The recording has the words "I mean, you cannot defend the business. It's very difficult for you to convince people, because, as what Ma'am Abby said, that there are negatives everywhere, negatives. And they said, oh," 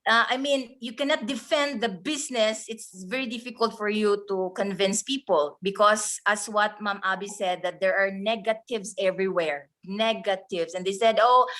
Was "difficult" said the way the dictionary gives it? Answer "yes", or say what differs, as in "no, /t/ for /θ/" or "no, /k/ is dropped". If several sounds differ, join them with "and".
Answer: yes